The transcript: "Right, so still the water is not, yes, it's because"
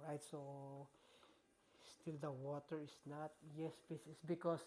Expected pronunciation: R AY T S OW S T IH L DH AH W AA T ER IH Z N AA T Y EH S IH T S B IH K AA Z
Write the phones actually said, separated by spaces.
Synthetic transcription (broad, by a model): R AY T S OW S T IH L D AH W AA T ER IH S N AA T Y EH S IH S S B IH K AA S